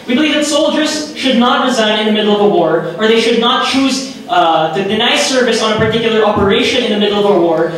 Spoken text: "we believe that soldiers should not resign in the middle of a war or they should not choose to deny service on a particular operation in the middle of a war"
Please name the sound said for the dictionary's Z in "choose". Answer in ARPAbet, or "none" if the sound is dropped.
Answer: Z